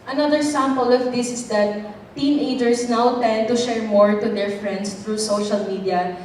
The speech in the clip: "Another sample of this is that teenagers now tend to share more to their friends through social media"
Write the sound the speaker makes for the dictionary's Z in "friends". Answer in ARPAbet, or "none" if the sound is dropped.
S